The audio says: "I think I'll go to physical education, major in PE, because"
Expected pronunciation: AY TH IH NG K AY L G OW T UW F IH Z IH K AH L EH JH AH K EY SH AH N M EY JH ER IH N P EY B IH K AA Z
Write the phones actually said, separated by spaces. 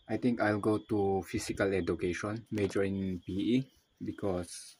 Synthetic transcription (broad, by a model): AY T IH NG K AY L G OW T UW F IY S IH K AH L EH JH AH K EY SH AH N M EY JH ER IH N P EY B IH K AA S